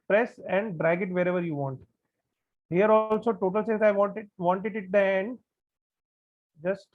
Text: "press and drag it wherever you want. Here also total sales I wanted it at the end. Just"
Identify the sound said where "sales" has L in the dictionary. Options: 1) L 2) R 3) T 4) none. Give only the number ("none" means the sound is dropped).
4